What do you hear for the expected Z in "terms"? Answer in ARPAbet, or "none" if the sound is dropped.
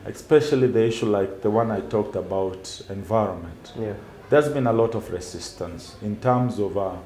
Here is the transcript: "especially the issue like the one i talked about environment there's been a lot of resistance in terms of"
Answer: Z